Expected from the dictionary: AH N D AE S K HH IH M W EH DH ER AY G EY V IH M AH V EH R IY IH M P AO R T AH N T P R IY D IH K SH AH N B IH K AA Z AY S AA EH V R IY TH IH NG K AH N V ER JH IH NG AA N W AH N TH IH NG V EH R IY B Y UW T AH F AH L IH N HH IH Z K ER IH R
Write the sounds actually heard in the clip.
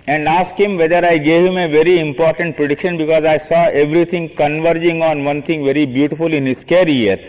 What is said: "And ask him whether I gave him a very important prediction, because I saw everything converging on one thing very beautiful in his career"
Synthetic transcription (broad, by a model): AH N D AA S K HH IH M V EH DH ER AY G EY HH IH M AH V EH R IY IH M P AO R T AH N T P R IY D IH K SH AH N B IH K AA Z AY S AA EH V R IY T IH NG K AH N V ER JH IH NG AA N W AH N T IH NG V EH R IY B Y UW T AH F AH L IH N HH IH S K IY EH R